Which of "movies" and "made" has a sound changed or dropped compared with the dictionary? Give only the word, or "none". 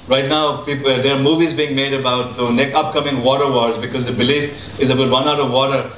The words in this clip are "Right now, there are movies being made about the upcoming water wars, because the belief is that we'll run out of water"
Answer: none